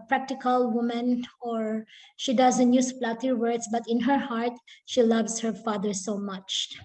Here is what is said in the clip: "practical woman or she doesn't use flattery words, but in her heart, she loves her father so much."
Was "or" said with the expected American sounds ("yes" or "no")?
yes